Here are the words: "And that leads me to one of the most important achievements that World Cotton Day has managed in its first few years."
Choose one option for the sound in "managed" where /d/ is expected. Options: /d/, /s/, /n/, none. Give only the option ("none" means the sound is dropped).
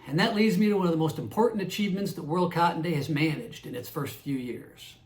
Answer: /d/